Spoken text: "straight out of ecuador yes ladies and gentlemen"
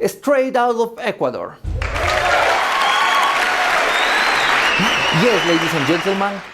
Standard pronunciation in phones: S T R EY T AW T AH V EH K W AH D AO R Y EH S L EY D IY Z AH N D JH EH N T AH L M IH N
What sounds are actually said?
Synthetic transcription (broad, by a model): S T R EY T AW T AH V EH K W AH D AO R Y EH S L EY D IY S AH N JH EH N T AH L M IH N